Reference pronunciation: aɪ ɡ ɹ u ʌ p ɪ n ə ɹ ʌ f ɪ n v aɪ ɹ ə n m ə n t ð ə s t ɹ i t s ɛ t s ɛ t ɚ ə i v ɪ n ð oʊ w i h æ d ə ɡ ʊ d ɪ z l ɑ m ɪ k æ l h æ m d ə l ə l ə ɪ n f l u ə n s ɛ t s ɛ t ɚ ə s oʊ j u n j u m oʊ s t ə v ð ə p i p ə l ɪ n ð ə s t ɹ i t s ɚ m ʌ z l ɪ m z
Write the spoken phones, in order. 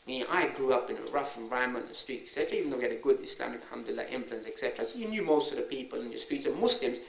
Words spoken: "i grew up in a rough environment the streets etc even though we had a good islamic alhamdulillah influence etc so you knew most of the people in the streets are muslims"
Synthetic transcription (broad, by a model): aɪ ɡ ɹ u ʌ p ɪ n ə ɹ ʌ f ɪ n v aɪ ə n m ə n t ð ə s t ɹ i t ɛ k s ɛ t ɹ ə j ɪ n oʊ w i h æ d ə ɡ ʊ d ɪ s l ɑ m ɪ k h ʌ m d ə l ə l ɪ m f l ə n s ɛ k s ɛ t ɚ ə s oʊ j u n j u m oʊ s t ə v ð ə p i p ə l ɪ n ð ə s t ɹ i t s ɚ m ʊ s l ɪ m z